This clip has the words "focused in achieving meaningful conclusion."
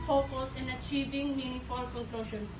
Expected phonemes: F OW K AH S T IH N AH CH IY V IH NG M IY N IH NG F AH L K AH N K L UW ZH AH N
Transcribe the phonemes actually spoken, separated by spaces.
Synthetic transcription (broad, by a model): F OW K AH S IH N AH CH IY V IH NG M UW N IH F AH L K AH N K L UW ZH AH N